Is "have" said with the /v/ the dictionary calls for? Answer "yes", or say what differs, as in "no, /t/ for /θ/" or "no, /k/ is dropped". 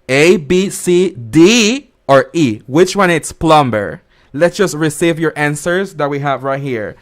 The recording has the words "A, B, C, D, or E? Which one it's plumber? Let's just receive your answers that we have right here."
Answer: yes